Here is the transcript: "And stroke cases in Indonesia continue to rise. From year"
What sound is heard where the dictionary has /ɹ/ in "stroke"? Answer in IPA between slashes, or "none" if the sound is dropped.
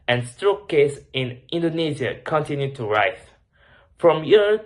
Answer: /ɹ/